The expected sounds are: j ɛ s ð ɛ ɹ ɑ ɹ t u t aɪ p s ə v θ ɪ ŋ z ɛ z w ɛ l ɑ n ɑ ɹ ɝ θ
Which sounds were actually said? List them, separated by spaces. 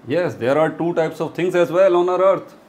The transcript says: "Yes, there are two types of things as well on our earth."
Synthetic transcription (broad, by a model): j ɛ s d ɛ ɹ ɑ ɹ t u t aɪ p s ə v t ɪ ŋ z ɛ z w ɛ l ɑ n ɑ ɹ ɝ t